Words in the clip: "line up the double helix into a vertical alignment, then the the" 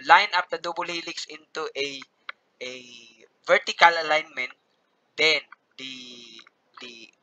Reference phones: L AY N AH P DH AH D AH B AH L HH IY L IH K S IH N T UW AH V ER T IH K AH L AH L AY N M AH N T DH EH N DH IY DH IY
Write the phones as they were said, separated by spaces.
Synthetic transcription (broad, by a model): L AY N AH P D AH D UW B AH L HH IY L IH K S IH N T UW AH V ER T IH K AH L AH L AY N M AH N T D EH N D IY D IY